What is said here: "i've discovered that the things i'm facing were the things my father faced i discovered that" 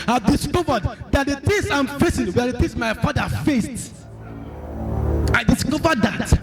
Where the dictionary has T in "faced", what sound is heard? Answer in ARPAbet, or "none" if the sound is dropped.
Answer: T